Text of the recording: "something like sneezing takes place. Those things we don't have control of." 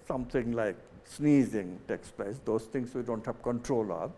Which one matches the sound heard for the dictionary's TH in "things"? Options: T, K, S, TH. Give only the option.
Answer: T